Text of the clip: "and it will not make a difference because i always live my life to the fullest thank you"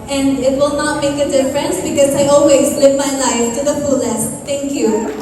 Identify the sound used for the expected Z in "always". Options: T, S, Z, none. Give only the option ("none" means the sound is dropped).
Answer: Z